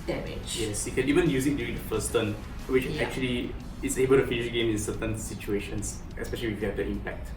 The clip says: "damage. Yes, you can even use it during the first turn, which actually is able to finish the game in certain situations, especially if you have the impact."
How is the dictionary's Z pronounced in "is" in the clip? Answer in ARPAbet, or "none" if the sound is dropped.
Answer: S